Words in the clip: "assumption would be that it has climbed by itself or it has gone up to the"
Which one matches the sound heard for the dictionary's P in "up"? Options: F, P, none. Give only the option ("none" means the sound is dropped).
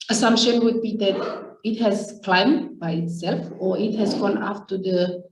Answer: F